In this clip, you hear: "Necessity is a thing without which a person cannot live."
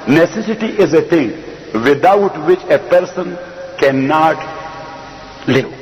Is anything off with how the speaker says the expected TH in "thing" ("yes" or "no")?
yes